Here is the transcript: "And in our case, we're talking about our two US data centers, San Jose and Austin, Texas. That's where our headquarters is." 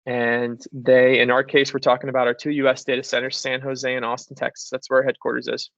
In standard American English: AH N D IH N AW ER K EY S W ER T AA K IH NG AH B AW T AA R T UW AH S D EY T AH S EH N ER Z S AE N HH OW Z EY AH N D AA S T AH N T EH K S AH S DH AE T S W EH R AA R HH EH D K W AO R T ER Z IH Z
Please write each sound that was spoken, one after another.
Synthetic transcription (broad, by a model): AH N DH IH N AW ER K EY S W ER T AA K IH NG AH B AW T AA R T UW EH S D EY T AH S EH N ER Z S AE N HH OW Z EY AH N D AA S T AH N T EH K S AH S DH AE T S W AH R R HH EH D K W AO R T ER Z IH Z